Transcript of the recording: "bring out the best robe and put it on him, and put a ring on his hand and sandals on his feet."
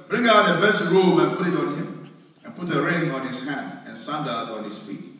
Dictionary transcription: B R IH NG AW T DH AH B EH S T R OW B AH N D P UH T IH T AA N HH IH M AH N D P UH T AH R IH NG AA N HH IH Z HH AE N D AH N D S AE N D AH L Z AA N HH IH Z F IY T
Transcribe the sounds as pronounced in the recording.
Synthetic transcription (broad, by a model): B R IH NG AW T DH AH B EH S T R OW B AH N P UH T IH T AA N HH IH M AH N P UH T AH R IH NG AA N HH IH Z HH AE N D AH N S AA N D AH Z AA N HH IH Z F IY T